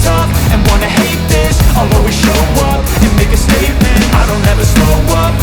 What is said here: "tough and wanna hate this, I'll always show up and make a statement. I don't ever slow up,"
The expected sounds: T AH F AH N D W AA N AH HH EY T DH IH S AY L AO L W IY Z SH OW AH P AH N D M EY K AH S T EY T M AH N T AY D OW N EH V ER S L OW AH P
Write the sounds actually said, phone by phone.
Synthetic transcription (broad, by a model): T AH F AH N W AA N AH HH EY T DH IH S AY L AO W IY SH OW AH P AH N M EY K AH S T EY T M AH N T AY D OW N EH V ER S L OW AH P